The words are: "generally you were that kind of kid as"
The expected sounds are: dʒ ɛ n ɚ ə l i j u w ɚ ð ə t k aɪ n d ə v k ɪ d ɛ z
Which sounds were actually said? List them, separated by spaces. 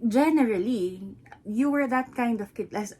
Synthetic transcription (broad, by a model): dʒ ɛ n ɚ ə l i j u w ɚ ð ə t k aɪ n d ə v k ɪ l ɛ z